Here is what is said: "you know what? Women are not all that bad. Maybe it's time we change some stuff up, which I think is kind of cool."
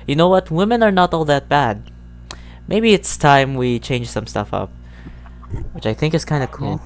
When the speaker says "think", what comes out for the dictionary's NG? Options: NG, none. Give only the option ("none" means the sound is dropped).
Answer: NG